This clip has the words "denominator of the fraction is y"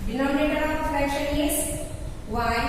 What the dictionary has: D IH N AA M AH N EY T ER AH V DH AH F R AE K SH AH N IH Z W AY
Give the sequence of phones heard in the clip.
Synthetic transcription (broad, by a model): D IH N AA M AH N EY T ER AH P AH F EH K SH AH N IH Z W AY